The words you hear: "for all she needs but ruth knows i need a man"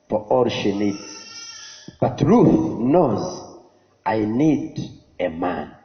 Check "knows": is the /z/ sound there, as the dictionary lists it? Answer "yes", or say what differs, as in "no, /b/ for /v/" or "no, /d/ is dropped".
yes